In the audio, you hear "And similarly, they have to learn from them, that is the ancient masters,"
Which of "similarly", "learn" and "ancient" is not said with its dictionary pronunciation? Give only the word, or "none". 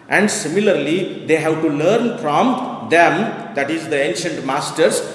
none